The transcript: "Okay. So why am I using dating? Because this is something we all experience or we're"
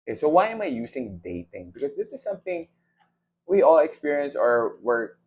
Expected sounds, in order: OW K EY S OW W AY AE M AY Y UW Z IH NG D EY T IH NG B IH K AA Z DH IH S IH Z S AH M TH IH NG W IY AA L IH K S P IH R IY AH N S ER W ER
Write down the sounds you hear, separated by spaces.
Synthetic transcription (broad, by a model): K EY S OW W AY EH M AY Y UW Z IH NG D EY T IH NG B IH K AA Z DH IH S IH Z S AH M TH IH NG W IY AA L IH K S P IH R IY AH N S ER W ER